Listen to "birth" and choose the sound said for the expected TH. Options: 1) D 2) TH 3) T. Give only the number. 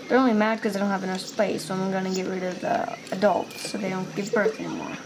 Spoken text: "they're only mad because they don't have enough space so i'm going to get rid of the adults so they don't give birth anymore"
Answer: 2